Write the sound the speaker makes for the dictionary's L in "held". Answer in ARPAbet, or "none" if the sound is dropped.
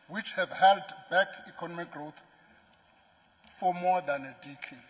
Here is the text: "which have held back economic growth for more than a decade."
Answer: L